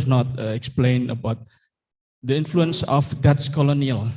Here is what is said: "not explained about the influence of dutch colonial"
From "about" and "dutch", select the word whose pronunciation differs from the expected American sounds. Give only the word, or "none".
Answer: dutch